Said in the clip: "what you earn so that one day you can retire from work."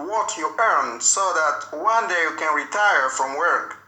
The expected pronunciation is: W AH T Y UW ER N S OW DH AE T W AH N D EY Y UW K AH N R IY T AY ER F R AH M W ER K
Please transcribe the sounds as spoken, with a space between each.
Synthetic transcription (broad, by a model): W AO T Y UW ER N S OW DH AE T W AH N D EY Y UW K AH N R IY T AY ER F R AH M W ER K